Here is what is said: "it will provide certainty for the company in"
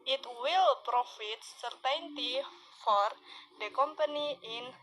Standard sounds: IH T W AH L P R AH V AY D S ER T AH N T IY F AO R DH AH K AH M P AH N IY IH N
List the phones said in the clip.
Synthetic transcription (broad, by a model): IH T W AH L P R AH F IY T S ER T AH N T IY F AO R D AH K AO M P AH N IY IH N